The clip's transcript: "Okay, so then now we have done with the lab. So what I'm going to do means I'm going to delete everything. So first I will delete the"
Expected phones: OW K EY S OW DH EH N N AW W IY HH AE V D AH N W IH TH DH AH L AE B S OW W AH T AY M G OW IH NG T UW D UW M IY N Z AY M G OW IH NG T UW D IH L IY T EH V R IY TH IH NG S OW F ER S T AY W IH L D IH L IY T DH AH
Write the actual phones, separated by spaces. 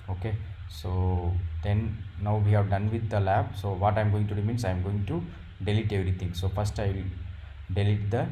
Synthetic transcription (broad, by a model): OW K EY S OW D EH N N AW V IY HH AE V D AH N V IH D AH L AE B S OW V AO T AY M G OW IH NG T UW D UW M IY N S AY M G OW IH NG T UW D IH L IY T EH V R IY T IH NG S OW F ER S T AY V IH L D IH L IY T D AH